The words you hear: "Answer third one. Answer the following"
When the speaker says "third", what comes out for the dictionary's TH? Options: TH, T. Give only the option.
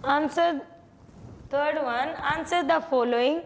T